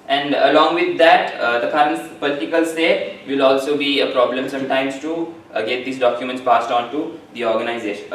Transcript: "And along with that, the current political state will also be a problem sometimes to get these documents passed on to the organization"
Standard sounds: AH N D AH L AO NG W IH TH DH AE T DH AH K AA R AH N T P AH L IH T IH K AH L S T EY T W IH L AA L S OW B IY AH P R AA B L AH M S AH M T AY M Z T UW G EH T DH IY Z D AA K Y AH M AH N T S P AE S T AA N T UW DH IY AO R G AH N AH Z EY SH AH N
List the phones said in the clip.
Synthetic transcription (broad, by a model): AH N D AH L AO NG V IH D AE T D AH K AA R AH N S P AH L IH T IH K AH L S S EY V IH L AA L S OW B IY AH P R AA B L AH M S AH M T AY M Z T UW G EH T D IY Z D AA K Y AH M AH N T S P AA S T AA N T UW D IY AO R G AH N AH Z EY SH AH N